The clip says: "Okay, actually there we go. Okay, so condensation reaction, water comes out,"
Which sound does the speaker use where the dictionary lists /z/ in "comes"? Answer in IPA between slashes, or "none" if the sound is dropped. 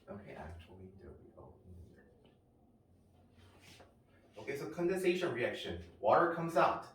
/z/